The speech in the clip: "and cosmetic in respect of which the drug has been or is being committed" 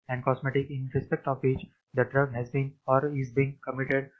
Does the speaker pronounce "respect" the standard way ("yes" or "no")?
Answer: yes